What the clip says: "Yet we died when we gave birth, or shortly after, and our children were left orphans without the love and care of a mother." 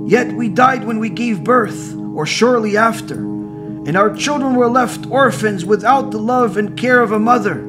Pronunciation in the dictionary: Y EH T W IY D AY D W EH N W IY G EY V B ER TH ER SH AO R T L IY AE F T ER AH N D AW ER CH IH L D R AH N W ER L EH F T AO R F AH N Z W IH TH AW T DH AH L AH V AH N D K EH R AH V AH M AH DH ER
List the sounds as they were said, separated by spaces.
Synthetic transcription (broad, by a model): Y EH T W IY D AY D W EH N W IY G EY V B ER TH ER SH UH R L IY AE F T ER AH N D AW ER CH IH L D R AH N W ER L EH F T AO R F AH N Z W IH TH AW T DH AH L AH V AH N K EH R AH V AH M AH DH ER